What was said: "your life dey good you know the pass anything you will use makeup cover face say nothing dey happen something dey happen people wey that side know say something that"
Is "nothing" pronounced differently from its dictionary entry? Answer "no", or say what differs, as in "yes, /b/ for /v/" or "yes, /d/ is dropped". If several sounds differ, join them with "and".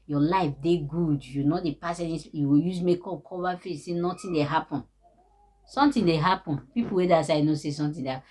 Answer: yes, /t/ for /θ/